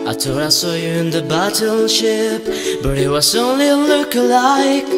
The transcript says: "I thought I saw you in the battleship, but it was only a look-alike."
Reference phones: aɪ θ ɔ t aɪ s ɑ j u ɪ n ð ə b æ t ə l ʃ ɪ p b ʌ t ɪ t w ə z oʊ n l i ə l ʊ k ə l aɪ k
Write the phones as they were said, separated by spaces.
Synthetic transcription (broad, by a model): aɪ t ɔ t aɪ s ɑ j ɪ ɪ n ð ə b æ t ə l ʃ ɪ p b ʌ t ɪ t w ə z oʊ n l i ə l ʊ k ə l aɪ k